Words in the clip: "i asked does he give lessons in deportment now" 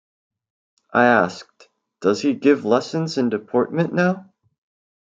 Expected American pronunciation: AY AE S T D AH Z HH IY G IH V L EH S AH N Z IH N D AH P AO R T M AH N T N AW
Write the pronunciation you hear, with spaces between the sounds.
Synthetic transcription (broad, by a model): AY AE S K D AH Z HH IY G IH V L EH S AH N Z IH N D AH P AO R T M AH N N AW